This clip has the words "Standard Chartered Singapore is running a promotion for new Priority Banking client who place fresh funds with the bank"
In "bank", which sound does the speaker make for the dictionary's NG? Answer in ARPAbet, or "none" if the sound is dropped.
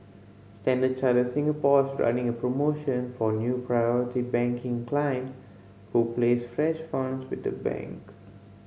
NG